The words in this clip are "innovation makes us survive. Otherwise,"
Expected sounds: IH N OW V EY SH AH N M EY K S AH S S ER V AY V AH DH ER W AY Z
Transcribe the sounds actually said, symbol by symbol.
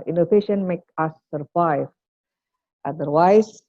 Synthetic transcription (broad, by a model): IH N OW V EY SH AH N M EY K AH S S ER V AY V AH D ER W AY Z